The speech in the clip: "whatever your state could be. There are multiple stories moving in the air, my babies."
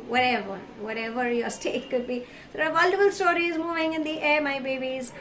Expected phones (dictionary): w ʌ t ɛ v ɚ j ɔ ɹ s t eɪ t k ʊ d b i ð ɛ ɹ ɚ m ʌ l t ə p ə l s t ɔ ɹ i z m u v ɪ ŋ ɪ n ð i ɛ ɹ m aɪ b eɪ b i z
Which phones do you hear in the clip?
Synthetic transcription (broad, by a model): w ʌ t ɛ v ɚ j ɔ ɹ s t eɪ t k ʊ d b i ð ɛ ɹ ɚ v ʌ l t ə f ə l s t ɔ ɹ i z m u v ɪ ŋ ɪ n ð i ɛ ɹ m aɪ b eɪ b i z